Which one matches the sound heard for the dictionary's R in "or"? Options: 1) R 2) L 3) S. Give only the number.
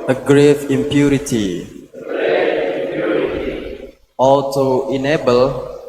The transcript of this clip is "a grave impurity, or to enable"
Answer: 2